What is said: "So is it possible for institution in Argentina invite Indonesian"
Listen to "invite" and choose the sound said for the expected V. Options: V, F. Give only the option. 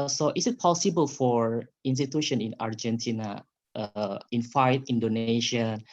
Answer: F